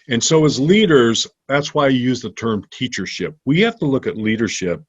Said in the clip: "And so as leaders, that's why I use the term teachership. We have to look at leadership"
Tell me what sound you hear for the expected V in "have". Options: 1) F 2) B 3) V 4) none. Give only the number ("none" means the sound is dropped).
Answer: 1